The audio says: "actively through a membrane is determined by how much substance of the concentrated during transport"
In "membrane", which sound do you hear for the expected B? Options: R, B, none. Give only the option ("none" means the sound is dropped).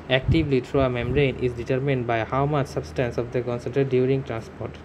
none